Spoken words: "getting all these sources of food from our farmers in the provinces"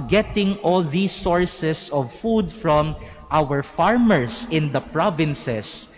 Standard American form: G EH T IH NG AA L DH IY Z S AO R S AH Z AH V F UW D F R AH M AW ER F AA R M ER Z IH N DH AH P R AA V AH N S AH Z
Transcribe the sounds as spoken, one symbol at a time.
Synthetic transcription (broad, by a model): G EH T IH NG AA L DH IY S AO R S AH S AH V F UW D F R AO M AW ER F AA R M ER S IH N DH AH P R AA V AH N S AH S